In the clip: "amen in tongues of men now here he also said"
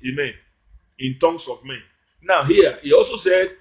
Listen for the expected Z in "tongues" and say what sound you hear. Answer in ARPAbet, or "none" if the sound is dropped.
S